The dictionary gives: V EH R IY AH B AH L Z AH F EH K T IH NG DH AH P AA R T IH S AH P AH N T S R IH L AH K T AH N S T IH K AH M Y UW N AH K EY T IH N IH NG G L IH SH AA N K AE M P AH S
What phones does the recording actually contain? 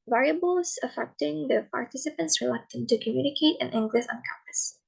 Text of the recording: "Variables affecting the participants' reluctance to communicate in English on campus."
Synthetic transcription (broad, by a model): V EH R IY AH B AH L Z AH F EH K T IH NG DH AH P AA R T IH S AH P AH N T S R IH L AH K T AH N T IH K AH M Y UW N AH K EY T IH N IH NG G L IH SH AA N K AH M P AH S